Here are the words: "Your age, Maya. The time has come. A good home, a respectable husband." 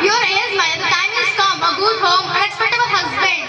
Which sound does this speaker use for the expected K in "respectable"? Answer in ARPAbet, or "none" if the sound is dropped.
none